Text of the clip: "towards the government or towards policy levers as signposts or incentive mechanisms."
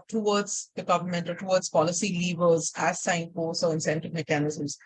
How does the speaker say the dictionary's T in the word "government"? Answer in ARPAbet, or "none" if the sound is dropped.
T